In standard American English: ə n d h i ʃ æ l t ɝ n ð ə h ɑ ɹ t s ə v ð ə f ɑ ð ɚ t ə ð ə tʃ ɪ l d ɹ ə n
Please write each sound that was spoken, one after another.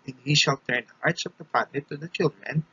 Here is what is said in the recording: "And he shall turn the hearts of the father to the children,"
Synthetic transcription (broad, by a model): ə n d h i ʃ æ l t ɝ n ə h ɑ ɹ t s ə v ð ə p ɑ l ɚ t ə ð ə tʃ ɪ l d ɹ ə n